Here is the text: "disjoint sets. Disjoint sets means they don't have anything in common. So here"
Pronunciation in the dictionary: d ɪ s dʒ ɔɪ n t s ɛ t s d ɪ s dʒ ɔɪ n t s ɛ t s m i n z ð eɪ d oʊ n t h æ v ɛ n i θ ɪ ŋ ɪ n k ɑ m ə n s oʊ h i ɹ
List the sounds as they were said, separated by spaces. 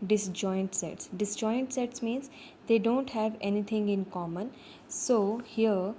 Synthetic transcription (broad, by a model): d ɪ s dʒ ɔɪ n t s ɛ t s d ɪ s dʒ ɔɪ n t s ɛ t s m i n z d eɪ d oʊ n t h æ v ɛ n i t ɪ ŋ ɪ n k ɑ m ə n s oʊ h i ɹ